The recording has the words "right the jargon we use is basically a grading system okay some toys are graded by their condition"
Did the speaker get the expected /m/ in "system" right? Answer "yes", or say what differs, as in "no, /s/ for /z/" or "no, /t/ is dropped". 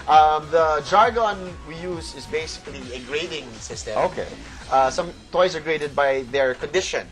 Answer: no, /m/ is dropped